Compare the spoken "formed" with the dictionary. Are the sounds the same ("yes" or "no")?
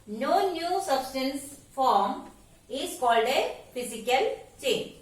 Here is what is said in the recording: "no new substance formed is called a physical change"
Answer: no